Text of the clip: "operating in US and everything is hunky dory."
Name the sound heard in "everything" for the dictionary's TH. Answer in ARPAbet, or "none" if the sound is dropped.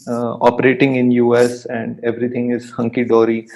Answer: T